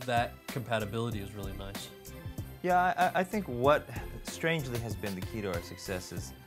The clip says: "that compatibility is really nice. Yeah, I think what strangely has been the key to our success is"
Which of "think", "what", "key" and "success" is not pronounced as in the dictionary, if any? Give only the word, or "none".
none